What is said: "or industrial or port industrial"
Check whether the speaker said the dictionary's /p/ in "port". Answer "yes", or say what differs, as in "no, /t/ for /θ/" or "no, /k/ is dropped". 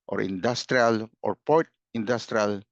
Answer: yes